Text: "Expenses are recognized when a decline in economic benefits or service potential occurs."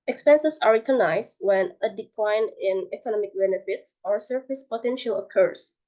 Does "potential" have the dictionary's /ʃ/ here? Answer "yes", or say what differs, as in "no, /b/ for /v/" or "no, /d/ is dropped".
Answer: yes